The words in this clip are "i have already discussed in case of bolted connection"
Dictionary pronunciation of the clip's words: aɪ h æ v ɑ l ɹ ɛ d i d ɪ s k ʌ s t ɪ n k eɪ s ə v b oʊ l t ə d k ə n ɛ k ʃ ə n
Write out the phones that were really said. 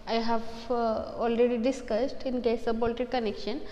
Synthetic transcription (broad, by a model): aɪ h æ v ɑ l ɹ ɛ d i d ɪ s k ʌ s t ɪ n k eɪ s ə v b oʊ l t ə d k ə n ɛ k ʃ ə n